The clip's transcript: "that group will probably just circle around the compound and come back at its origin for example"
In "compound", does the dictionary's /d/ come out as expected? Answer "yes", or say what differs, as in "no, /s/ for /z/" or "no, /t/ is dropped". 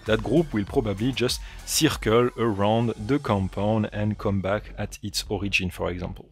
no, /d/ is dropped